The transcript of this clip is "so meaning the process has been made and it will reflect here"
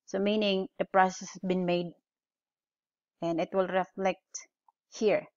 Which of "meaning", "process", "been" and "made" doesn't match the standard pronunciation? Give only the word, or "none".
none